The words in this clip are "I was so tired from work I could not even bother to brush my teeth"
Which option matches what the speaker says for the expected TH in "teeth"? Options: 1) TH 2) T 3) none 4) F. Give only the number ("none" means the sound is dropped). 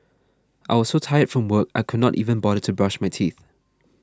1